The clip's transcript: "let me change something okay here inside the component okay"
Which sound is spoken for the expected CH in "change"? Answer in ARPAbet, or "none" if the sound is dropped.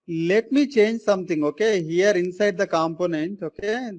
CH